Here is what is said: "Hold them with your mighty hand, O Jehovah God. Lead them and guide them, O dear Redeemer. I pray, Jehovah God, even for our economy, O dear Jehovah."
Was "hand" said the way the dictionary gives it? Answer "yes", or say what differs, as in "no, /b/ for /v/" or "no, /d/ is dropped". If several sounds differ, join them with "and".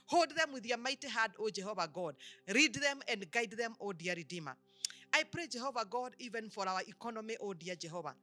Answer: no, /n/ is dropped